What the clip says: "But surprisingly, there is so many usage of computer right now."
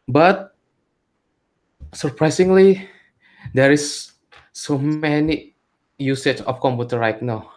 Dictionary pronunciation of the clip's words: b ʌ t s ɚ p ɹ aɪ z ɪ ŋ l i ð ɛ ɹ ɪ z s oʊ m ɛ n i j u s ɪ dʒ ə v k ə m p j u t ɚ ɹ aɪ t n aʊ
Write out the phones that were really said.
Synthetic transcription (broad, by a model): b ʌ t s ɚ p ɹ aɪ s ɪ ŋ l i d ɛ ɹ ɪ s oʊ m ɛ n i j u s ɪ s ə f k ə m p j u t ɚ l aɪ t n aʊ